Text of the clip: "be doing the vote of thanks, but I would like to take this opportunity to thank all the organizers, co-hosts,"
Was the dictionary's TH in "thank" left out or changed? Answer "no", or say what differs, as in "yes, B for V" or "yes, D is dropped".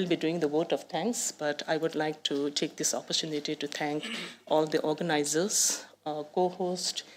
yes, T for TH